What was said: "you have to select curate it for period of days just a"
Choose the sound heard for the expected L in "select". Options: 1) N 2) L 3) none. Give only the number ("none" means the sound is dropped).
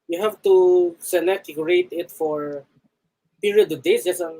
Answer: 1